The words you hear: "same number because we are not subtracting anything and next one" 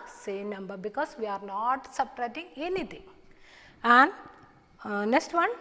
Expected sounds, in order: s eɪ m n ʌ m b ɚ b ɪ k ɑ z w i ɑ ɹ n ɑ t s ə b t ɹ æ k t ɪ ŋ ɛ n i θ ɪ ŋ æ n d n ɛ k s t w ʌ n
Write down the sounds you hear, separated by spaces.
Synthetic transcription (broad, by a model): s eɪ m n ʌ m b ɚ b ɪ k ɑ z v i ɑ ɹ n ɑ t s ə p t ɹ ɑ t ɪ ŋ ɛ n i t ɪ ŋ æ n d n ɛ k s t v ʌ n